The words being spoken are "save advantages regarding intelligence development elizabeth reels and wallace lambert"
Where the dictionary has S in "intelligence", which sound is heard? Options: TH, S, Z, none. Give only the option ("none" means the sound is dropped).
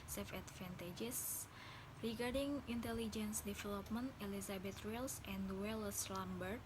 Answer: S